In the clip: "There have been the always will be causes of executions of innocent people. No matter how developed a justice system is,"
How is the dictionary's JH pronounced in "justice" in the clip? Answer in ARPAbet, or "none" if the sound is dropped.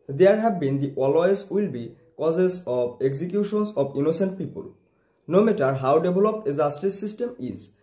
Z